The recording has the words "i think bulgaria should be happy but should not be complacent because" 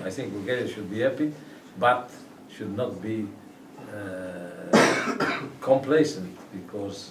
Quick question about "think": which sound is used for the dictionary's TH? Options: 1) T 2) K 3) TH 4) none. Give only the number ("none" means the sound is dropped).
3